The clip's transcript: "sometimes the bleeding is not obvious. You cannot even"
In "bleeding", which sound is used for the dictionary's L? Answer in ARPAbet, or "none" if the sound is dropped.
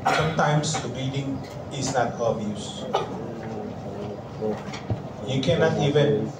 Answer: none